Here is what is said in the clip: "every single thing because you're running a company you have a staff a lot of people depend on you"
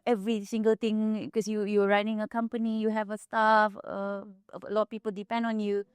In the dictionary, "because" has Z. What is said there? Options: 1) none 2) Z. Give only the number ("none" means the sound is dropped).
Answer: 1